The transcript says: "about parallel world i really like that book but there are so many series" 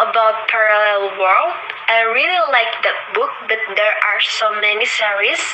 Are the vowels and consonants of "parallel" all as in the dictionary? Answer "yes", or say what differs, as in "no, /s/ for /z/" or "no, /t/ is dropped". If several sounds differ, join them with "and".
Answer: yes